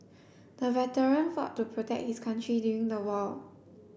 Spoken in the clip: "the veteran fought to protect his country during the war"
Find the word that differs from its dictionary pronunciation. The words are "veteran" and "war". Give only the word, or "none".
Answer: war